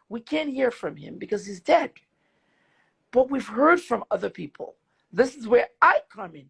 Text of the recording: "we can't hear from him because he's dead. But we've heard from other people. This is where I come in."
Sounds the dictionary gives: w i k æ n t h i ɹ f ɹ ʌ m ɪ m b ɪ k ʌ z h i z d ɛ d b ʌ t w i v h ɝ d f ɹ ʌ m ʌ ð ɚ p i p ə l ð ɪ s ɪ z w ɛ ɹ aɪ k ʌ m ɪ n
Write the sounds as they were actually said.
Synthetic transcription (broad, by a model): w i k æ n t h i ɹ f ɹ ʌ m ɪ m b ɪ k ʌ z h i z d ɛ d b ʌ t w i v h ɝ d f ɹ ʌ m ʌ ð ɚ p i p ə l ð ɪ s ɪ z w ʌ ɹ aɪ k ʌ m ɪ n